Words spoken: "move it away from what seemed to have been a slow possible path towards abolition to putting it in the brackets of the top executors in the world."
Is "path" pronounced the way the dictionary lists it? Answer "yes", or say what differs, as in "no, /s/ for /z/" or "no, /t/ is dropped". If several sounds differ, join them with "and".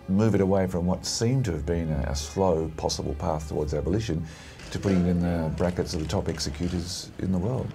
yes